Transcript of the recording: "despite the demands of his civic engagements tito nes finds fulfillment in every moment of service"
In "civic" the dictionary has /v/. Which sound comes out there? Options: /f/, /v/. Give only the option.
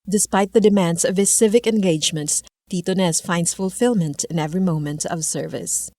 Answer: /v/